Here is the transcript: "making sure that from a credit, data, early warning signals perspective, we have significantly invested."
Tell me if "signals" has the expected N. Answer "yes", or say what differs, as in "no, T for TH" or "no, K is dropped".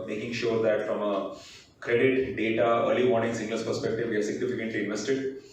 no, L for N